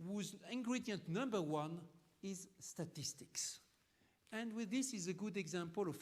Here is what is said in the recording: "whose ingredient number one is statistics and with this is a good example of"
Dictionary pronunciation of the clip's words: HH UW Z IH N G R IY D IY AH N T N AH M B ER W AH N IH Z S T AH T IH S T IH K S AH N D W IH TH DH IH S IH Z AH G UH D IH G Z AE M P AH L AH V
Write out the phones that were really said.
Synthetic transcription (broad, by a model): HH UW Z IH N G R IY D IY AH N T N AH M B ER W AH N IH Z S T AH T IH S T IH K S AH N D W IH DH IH S IH Z AH G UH D IH G Z AE M P AH L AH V